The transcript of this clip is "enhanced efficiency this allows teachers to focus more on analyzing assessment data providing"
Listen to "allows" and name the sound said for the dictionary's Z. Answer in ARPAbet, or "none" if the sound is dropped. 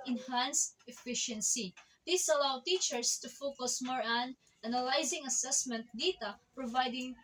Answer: none